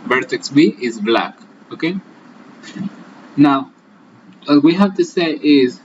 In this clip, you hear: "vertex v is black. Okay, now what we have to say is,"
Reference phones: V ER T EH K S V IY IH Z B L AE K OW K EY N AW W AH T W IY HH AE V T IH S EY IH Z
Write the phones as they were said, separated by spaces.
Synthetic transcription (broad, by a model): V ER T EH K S W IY IH Z B L AE K OW K EY N AW W AH T W IY HH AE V T IH S EY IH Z